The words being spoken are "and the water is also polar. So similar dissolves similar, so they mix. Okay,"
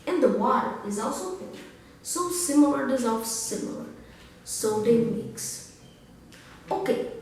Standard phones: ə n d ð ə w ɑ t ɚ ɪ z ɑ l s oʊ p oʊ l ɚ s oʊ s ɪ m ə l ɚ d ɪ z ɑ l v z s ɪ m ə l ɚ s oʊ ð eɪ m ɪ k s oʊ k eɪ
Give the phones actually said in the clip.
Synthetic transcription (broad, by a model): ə n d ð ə w ɑ t ɚ ɪ z ɑ l s oʊ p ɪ ɚ s oʊ s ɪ m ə l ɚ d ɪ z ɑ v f s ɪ m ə l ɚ s oʊ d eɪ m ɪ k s oʊ k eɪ